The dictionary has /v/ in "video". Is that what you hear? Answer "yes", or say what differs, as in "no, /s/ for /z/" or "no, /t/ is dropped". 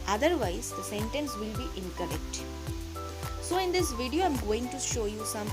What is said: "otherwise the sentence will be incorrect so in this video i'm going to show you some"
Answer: yes